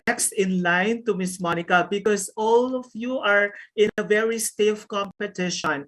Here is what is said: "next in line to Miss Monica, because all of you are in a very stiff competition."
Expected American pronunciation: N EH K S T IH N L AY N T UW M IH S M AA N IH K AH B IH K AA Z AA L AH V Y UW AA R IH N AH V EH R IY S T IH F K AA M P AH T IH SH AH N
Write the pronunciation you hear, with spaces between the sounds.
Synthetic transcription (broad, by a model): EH K S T IH N L AY N T UW M IH S M AA N IH K AH B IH K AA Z AA L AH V Y UW AA R IH N AH V EH R IY S T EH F K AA M P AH T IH SH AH N